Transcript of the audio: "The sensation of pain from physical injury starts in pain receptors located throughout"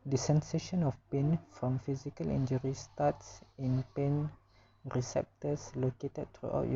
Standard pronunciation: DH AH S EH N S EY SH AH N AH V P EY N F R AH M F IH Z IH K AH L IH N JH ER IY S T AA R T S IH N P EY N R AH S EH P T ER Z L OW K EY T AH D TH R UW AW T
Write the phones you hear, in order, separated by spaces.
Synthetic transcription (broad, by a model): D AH S EH N S EY SH AH N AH F P EY N F R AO M F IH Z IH K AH L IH N JH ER IY S T AA T S IH N P EY N R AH S EH P T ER S L OW K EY T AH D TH R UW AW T